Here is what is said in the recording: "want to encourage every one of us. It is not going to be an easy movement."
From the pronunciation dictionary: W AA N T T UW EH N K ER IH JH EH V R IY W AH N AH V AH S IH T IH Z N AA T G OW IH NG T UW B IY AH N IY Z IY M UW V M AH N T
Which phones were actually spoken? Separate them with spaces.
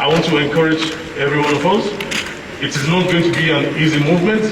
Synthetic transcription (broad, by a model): W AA N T T UW EH N K ER IH JH EH V R IY W AH N AH V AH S IH T IH Z N AA T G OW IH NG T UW B IY AH N IY Z IY M UW V M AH N T